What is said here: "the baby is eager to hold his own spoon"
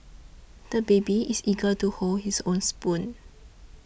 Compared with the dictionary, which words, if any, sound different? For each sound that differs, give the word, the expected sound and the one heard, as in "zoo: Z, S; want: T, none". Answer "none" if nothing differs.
is: Z, S; his: Z, S